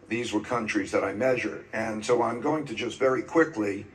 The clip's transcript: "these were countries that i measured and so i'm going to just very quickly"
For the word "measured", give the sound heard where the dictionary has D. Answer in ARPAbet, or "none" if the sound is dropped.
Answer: D